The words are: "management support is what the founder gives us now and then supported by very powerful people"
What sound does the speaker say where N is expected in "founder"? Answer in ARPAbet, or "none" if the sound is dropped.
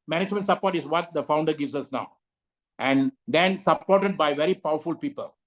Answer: N